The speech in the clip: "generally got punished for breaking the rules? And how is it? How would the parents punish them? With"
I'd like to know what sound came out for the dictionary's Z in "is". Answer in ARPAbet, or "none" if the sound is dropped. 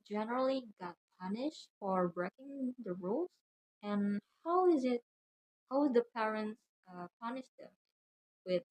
Z